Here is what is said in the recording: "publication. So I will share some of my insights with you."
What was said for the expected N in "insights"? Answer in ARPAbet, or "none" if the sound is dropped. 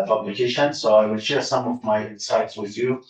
none